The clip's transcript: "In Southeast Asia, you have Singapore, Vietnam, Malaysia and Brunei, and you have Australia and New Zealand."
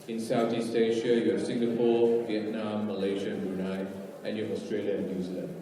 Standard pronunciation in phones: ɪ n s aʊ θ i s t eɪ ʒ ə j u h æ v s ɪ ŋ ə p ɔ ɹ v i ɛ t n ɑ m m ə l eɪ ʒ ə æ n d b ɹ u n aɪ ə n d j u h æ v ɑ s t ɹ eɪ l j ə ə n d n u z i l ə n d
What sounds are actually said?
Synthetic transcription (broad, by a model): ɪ n s aʊ t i s t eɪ ʃ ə j u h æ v s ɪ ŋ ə p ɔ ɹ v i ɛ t n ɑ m m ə l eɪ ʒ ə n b u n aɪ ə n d j u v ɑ s t ɹ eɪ l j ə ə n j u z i l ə n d